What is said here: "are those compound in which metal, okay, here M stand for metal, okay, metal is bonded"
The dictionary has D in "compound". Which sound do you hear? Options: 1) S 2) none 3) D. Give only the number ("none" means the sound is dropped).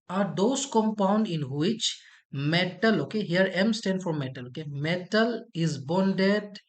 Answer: 3